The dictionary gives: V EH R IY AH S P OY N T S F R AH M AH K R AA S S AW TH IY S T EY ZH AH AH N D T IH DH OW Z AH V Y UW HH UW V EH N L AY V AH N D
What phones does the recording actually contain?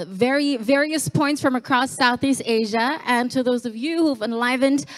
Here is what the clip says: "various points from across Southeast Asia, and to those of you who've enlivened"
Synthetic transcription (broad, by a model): V EH R IY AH S P OY N T S F R AH M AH K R AA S S AW TH IY S T EY ZH AH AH N T IH DH OW Z AH V Y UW HH UW V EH N L AY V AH N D